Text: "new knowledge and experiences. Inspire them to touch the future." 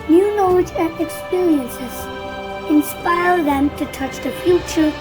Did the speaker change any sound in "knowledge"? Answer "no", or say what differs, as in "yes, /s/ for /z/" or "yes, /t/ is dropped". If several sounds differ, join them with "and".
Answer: yes, /l/ is dropped and /z/ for /dʒ/